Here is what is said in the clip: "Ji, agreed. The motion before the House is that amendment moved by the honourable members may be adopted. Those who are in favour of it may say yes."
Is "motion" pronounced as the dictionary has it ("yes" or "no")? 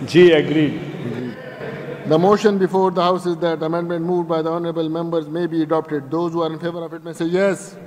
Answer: yes